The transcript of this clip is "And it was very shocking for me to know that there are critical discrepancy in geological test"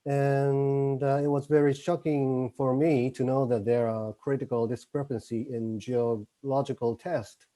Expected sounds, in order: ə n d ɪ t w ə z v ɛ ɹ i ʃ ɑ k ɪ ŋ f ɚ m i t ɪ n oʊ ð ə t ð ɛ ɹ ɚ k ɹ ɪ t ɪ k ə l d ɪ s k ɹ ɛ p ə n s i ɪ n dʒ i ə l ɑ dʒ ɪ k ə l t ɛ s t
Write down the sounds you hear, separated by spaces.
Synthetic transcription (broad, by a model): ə n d ɪ t w ə z v ɛ ɹ i ʃ ɑ k ɪ ŋ f ɚ m i t ɪ n oʊ ð ə t ð ɛ ɹ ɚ k ɹ ɪ t ɪ k ə l d ɪ s k ɹ ɛ p ə n s i ɪ n dʒ i ə l ɑ dʒ ɪ k ə l t ɛ s t